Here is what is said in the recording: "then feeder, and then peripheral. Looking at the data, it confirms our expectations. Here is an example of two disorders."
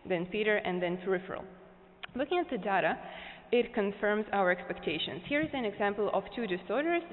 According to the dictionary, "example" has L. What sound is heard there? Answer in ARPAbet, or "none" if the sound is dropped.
L